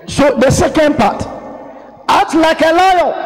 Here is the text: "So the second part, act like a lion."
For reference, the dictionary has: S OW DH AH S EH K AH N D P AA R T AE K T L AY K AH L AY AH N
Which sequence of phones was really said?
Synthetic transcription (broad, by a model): S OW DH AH S EH K AH N D P AA T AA T L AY K AH L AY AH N